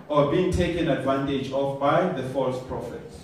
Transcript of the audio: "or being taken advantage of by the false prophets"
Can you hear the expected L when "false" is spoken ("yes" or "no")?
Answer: yes